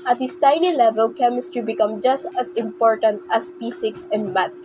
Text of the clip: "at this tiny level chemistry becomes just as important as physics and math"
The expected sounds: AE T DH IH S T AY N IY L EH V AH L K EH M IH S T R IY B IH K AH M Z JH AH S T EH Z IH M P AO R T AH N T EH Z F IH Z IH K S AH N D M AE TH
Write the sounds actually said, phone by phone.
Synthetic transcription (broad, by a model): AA T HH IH S T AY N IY L EH V AH L K EH M IH S T R IY B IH K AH M JH AH S T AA S IH M P AO R T AH N T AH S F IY S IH K S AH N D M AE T